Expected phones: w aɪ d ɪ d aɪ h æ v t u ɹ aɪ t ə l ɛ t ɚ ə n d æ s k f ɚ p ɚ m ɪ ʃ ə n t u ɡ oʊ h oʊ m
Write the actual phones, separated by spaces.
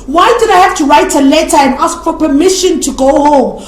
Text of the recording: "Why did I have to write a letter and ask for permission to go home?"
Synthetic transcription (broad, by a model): w aɪ d ɪ d aɪ h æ f t u ɹ aɪ t ə l ɛ t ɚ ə n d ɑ s k f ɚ p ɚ m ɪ ʃ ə n t u ɡ oʊ h oʊ m